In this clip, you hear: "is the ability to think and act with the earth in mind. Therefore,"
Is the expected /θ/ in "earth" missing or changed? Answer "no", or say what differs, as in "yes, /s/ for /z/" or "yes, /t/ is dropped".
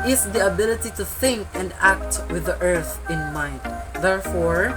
no